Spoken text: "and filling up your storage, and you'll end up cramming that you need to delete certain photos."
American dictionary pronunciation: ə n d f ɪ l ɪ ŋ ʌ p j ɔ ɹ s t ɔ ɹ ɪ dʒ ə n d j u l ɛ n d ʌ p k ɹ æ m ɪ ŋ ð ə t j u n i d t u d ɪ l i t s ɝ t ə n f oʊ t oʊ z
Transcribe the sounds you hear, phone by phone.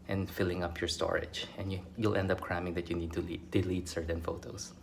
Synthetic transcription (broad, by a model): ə n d f ɪ l ɪ ŋ ʌ p j ɔ ɹ s t ɔ ɹ ɪ dʒ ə n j j u l ɛ n d ʌ p k ɹ æ m ɪ ŋ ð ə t j u n i d t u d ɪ l i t s ɝ t ə n f oʊ t oʊ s